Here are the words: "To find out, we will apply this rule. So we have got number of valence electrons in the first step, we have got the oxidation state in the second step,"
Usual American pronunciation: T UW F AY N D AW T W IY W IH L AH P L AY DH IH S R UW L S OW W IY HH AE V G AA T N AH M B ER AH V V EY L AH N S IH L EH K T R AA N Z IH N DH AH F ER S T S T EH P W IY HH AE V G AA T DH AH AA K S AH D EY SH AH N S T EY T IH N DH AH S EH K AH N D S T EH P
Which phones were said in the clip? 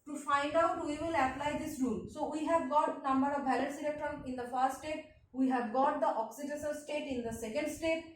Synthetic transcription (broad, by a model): T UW F AY N D AW T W IY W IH L AH P L AY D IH S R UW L S OW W IY HH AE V G AA T N AH M B ER AH V B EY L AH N S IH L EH K T R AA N IH N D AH F ER S T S T EH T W IY HH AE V G AA T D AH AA K S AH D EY S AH L S T EY T IH N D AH S EH K AH N D S T EH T